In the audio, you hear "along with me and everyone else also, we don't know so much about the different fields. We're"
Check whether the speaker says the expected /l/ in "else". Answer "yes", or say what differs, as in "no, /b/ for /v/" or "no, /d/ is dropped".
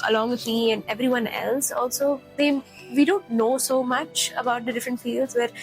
yes